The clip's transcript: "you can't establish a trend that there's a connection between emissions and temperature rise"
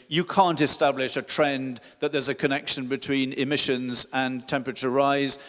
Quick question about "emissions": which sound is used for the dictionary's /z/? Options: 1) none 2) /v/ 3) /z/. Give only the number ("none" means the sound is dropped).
3